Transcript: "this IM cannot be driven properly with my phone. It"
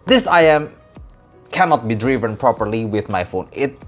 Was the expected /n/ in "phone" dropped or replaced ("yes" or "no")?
no